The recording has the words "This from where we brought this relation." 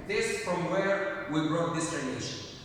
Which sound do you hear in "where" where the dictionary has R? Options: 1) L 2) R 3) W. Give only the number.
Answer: 2